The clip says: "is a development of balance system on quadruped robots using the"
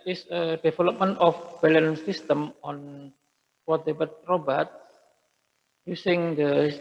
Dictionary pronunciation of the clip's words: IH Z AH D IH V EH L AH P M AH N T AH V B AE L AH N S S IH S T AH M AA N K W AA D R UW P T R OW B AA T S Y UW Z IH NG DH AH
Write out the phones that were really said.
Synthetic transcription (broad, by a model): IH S AH D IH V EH L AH P M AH N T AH F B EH L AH N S S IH S T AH M AA N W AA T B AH T R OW B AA T S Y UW S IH NG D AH